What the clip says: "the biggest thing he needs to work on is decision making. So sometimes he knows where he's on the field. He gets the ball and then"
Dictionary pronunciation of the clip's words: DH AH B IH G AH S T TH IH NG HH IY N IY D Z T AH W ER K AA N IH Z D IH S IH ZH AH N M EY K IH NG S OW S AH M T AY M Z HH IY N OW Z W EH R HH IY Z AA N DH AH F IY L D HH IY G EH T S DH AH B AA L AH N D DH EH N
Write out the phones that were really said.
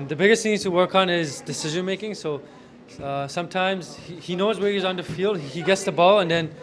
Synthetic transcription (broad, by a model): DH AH B IH G AH S T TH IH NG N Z T AH W ER K N IH Z D IH S IH ZH AH N M EY K IH NG S OW S AH M T AY M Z HH IY N OW Z W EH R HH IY Z N DH AH F IY L D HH IY G EH T S DH AH B AA L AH N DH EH N